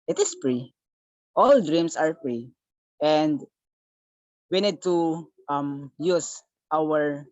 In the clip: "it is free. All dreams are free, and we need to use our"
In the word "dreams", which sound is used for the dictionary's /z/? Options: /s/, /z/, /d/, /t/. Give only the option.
/s/